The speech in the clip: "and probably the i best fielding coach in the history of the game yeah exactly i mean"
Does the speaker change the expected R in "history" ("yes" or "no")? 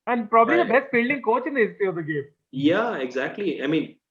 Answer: yes